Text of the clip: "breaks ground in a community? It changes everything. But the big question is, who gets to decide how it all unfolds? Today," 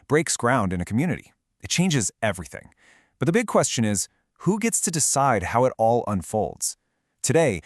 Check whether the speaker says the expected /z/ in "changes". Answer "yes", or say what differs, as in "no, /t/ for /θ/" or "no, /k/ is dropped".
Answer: yes